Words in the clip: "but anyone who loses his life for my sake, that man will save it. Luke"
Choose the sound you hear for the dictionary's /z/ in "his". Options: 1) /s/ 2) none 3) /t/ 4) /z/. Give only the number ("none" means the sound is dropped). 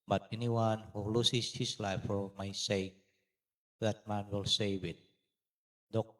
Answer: 1